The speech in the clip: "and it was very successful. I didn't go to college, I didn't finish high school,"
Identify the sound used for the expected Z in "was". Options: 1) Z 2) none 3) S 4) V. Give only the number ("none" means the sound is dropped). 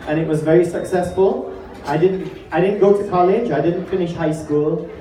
1